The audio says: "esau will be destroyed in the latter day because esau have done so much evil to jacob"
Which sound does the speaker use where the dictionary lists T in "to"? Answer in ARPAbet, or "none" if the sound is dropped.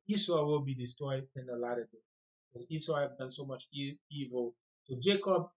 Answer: S